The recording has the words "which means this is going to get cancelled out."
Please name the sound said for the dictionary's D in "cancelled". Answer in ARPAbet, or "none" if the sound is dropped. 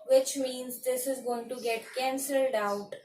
D